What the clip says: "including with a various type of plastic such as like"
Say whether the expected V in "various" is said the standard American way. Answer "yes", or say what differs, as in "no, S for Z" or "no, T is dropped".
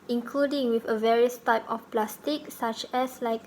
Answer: yes